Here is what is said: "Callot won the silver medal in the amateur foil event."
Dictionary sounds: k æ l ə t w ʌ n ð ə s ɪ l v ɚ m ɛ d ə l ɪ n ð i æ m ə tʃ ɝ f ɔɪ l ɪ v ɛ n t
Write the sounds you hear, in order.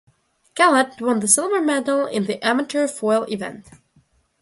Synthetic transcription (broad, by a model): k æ l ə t w ʌ n ð ə s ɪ l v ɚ m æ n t l ɪ n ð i æ m ə tʃ ɝ f ɔɪ l ɪ v ɛ n t